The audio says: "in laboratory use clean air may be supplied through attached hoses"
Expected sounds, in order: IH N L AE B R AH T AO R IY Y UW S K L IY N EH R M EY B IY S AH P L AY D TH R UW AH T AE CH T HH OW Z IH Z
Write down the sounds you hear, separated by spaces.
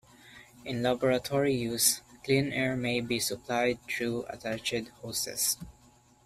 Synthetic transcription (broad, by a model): IH N L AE B R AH T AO R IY Y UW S K L IY N EH R M EY B IY S AH P L AY D T R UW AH T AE CH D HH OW S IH S